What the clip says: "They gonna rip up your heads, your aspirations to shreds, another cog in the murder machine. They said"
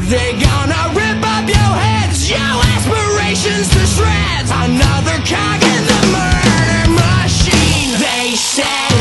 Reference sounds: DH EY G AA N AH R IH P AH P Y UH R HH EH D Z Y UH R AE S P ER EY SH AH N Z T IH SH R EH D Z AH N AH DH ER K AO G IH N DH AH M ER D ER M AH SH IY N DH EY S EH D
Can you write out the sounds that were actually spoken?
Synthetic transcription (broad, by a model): DH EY G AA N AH R IH P AH P Y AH R HH EH D Z Y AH AE S P ER EY SH AH N Z T IH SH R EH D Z AH N AH DH ER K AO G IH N DH AH M ER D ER M AH SH IY N DH EY S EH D